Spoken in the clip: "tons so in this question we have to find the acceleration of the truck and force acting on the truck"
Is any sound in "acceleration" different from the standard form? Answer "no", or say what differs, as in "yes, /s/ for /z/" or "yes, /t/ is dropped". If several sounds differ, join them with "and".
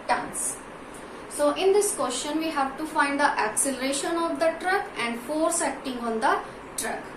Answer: no